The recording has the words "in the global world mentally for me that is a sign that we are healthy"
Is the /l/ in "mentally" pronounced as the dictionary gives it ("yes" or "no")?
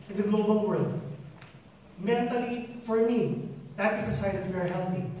yes